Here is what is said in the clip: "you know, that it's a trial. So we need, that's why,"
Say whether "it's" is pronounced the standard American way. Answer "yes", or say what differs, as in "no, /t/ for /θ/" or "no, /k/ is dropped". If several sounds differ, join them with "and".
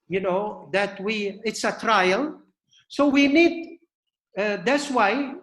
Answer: yes